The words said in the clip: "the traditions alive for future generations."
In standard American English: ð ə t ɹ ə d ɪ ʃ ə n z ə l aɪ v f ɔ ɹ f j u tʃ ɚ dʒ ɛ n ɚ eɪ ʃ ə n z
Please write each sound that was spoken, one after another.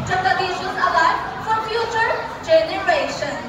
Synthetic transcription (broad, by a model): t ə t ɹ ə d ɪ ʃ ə z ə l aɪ f ɔ ɹ f j u tʃ ɚ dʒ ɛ n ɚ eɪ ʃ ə n